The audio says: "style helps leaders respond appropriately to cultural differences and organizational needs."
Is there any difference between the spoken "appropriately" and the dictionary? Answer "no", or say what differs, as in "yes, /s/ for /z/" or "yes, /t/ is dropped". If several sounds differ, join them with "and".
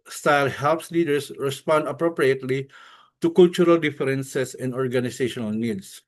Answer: no